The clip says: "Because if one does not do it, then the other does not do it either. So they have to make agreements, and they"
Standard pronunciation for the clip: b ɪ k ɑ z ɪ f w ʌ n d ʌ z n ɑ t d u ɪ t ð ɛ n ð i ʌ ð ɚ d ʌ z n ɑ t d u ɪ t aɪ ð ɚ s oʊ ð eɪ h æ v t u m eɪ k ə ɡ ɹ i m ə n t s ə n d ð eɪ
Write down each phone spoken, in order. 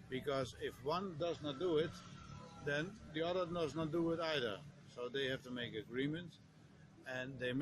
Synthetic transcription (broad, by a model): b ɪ k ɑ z ɪ f w ʌ n d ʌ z n ɑ t d u ɪ t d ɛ n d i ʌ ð ɚ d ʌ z n ɑ t d u ɪ t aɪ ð ɚ s oʊ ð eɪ h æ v t u m eɪ k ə ɡ ɹ i m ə n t ə n d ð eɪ